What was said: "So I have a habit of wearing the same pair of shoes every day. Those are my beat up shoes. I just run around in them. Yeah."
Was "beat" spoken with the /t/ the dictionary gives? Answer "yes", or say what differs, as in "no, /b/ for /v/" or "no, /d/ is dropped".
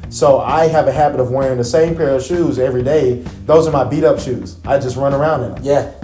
yes